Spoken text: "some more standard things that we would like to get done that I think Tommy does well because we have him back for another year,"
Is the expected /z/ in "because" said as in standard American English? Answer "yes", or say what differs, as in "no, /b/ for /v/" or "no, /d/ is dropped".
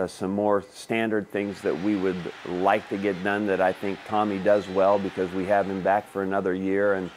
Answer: yes